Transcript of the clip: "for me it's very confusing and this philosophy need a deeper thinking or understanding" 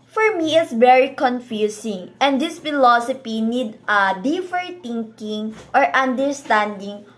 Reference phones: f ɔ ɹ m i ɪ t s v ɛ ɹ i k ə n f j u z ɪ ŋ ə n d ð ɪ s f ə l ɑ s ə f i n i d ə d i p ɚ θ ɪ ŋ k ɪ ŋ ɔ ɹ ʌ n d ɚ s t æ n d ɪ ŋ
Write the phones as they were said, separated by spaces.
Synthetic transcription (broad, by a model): f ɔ ɹ m i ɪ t s v ɛ ɹ i k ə n f j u s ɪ ŋ ə n d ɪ s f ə l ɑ s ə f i n i d ə d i f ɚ t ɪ ŋ k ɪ ŋ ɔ ɹ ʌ n d ɚ s t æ n d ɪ ŋ